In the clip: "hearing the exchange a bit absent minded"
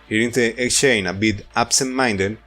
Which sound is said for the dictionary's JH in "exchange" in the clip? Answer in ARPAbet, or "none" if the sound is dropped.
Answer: none